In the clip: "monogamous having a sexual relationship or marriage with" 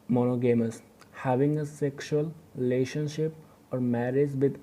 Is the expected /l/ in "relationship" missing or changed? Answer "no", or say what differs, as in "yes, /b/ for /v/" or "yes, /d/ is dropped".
no